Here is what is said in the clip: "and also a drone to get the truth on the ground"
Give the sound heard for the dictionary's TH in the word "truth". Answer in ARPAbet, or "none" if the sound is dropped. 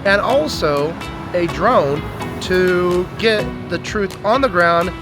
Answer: TH